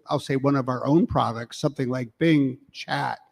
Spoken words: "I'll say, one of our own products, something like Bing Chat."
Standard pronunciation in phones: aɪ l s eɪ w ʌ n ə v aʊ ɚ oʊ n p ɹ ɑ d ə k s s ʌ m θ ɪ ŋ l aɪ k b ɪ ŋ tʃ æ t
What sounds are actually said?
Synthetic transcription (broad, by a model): aɪ l s eɪ w ʌ n ə v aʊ ɚ oʊ n p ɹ ɑ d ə k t s ʌ m θ ɪ ŋ l aɪ k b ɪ ŋ tʃ æ t